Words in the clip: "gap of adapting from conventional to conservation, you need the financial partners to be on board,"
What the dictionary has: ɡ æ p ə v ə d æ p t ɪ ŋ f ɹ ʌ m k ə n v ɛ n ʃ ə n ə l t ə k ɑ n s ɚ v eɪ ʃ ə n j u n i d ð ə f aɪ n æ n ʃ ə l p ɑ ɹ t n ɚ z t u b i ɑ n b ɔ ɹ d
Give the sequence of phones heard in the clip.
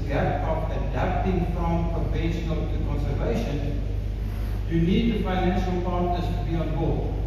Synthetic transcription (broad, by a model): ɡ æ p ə p ə d æ p t ɪ ŋ f ɹ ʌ m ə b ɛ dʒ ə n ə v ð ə k ɑ n s ɚ v eɪ ʃ ə n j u n i d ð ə f aɪ n æ n ʃ ə l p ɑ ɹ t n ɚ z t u b i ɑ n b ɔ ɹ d